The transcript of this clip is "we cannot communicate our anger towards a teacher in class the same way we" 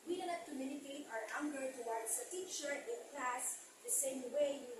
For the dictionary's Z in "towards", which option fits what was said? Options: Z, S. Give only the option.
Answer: S